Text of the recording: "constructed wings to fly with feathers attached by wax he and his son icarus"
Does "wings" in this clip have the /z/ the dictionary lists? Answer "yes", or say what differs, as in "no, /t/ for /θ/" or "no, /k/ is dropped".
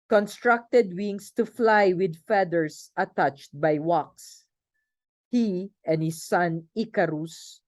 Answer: no, /s/ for /z/